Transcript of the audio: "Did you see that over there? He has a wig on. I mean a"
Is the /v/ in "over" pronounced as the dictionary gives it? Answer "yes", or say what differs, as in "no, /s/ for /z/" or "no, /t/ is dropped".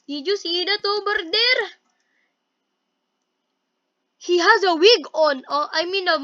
no, /b/ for /v/